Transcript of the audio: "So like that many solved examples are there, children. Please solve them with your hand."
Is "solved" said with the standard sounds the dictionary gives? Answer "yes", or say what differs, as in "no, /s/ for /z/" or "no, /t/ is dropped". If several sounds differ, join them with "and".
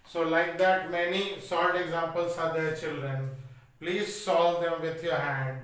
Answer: no, /v/ is dropped